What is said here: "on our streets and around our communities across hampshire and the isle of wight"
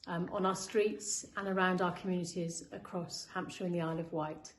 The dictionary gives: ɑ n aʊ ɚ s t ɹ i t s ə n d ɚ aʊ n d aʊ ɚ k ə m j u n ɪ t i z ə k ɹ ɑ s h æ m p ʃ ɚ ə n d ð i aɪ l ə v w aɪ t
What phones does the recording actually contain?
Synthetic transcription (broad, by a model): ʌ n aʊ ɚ s t ɹ i t s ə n ɚ aʊ n d aʊ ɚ k ə m j u n ɪ t i z ə k ɹ ɑ s h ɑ m p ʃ ɚ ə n ð i aɪ l ə v w aɪ t